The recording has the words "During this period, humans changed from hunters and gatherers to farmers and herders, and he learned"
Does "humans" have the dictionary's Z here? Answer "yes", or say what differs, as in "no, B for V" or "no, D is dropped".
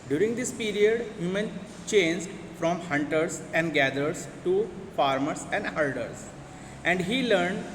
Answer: no, Z is dropped